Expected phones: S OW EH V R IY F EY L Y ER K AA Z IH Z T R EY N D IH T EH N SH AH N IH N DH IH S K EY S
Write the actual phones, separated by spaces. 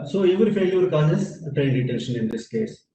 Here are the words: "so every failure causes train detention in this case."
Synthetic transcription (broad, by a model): S OW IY V IY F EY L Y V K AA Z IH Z T R EY N D IH T EH N SH AH N IH N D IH S K EY S